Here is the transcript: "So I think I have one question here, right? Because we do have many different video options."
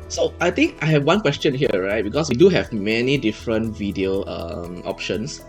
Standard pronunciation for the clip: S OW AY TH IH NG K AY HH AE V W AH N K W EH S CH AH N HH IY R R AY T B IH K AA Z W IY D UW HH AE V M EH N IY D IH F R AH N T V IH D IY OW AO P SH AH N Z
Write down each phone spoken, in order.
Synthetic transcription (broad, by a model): S OW AY T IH NG K AY HH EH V W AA N K W EH S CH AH N HH IY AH R AY T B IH K AA S W IY D UW HH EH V M EH N IY D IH F R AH N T V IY D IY OW AO P SH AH N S